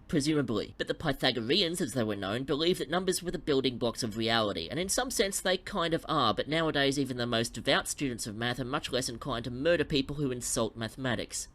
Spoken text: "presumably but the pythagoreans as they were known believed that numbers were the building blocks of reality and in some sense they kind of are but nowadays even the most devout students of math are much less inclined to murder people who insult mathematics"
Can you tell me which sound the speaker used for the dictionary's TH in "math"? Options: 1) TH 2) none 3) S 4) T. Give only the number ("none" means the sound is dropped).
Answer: 1